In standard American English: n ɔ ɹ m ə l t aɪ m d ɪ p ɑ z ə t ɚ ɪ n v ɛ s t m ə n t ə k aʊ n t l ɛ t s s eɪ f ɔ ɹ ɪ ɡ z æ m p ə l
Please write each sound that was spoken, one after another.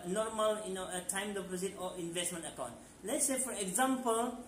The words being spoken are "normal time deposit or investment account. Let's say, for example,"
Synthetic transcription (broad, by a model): n ɔ ɹ m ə l t aɪ m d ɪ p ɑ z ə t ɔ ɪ n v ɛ s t m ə n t ə k aʊ n t l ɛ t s s eɪ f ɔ ɹ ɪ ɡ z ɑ m p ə l